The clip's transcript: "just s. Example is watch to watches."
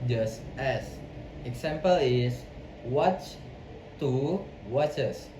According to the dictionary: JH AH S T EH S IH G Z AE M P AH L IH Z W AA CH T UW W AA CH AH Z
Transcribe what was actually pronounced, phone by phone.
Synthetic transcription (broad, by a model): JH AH S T EH S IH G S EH M P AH L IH S W AA CH T UW W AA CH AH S